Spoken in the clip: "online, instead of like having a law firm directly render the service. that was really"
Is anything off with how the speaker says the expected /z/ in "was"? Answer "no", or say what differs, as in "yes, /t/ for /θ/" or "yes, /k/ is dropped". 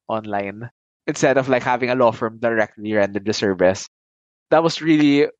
yes, /s/ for /z/